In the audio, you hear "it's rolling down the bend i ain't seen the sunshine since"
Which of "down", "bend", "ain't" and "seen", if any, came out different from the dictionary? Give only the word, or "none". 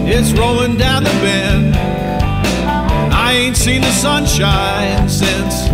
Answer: bend